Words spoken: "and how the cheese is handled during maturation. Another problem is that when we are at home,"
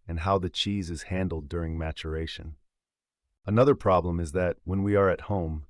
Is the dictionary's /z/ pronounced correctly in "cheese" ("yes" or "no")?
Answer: yes